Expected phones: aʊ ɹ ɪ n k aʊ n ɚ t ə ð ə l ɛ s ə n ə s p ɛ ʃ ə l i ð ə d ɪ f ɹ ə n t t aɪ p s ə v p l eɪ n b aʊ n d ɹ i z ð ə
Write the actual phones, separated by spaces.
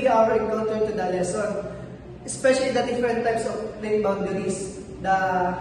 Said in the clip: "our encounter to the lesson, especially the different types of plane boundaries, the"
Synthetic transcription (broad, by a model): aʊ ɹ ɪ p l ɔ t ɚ t ə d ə l ɛ s ə n ə s p ɛ ʃ ə l i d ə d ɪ f ɹ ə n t t aɪ p s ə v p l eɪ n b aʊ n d ɹ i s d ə